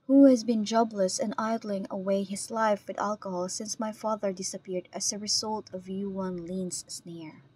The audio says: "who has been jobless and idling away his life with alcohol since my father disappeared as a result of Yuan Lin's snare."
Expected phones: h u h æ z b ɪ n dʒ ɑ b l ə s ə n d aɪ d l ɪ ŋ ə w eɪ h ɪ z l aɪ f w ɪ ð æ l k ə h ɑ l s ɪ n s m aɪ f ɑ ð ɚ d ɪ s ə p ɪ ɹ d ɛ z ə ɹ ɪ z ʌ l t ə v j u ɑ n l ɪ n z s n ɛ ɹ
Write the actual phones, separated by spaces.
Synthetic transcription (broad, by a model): h u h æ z b ɪ n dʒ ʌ b l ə s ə n aɪ d l ɪ ŋ ə w eɪ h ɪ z l aɪ f w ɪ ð æ l k ə h ɑ l s ɪ n s m aɪ f ɑ ð ɚ d ɪ s ə p ɪ ɹ d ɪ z ə ɹ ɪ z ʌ l t ə v j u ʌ n l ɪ n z s n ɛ ɹ